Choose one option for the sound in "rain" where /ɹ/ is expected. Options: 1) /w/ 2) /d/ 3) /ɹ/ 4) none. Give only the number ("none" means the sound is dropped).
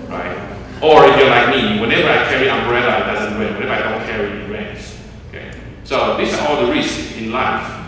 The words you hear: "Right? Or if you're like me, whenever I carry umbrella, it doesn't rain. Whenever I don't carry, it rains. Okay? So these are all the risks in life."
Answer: 1